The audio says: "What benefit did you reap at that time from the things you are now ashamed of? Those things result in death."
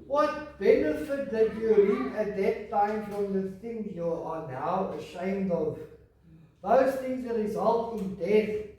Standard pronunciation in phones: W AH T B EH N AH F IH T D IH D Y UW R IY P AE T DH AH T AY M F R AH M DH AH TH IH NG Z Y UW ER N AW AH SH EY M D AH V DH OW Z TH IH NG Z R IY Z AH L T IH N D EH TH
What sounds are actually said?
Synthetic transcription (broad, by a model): W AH T B EH N AH F IH T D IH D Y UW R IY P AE T DH AH T AY M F R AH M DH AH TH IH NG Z Y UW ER N AW AH SH EY M D AH V DH OW Z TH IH NG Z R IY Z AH L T IH N D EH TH